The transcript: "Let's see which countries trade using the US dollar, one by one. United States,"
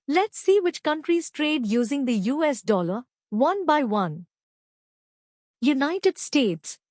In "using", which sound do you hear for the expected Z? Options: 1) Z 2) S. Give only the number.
1